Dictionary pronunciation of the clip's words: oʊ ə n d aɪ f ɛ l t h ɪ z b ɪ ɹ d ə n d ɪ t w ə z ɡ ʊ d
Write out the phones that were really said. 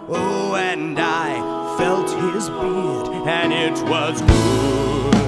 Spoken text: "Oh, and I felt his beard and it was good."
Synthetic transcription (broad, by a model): oʊ ə n d aɪ f ɛ l t h ɪ z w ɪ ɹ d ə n ɪ t w ə z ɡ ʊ